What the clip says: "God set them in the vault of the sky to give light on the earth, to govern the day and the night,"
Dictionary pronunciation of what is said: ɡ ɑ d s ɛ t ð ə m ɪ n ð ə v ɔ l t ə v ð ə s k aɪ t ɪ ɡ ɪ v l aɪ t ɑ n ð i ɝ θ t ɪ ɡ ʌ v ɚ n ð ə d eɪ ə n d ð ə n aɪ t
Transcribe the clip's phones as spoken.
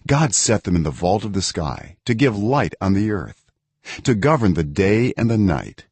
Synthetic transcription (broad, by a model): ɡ ɑ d s ɛ t ð ə m ɪ n ð ə v ɔ l t ə v ð ə s k aɪ t ɪ ɡ ɪ v l aɪ t n ð i ɝ θ t ɪ ɡ ʌ v ɚ n ð ə d eɪ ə n ð ə n aɪ t